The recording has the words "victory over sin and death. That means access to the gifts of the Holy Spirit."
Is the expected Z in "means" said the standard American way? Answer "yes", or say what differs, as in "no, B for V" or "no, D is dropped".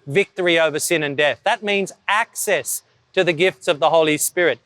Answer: yes